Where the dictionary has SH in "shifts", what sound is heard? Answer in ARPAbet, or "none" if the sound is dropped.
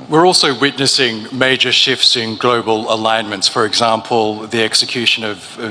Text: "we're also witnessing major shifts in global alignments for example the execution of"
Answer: SH